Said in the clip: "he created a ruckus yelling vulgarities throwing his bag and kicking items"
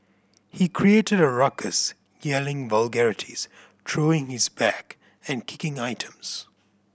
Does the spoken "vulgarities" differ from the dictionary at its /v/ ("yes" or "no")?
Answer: no